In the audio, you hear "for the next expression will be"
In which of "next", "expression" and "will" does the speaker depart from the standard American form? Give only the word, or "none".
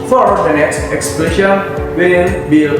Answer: expression